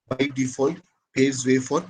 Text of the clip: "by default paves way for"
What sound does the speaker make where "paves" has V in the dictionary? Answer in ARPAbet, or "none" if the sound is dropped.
none